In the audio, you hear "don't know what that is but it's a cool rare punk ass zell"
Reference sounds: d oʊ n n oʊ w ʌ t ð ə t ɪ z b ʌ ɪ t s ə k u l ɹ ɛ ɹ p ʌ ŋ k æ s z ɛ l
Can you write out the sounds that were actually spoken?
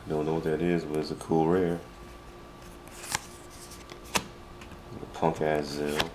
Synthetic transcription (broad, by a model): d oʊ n n oʊ w ʌ t ð ə t ɪ z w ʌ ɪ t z ə k u l ɹ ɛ ɹ p ʌ ŋ k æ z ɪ l